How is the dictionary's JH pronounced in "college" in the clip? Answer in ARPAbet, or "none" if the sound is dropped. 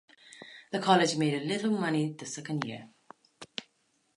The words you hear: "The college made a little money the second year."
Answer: JH